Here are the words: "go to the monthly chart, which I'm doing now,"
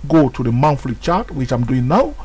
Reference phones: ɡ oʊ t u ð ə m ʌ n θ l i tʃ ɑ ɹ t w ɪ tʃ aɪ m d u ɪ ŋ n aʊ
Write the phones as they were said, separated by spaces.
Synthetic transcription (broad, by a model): ɡ oʊ t u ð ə m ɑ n f l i tʃ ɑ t w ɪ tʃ aɪ m d u ɪ ŋ n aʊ